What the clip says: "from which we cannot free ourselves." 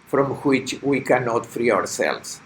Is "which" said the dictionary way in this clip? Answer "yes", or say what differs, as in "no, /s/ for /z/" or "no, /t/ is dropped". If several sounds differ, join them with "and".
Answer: yes